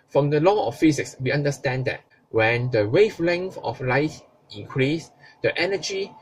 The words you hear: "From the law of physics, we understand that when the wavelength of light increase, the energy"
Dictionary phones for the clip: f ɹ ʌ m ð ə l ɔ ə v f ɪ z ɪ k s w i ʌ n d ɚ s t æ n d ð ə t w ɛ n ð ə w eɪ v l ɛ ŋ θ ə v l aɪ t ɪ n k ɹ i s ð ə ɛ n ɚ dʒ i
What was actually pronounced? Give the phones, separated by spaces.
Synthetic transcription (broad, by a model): f ɹ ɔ m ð ə l ɔ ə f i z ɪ k s w i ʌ n d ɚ s t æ n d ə t w ɛ n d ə w eɪ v l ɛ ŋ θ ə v l aɪ t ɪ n k ɹ i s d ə ɛ n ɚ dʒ i